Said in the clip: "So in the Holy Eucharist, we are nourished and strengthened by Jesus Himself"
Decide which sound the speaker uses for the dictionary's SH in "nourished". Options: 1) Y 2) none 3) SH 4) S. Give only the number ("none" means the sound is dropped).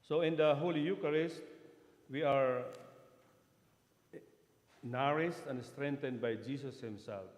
4